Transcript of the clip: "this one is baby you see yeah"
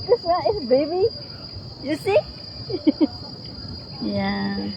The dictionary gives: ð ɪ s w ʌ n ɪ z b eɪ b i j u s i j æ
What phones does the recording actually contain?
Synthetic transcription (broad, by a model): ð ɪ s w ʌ ɪ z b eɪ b i j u s i j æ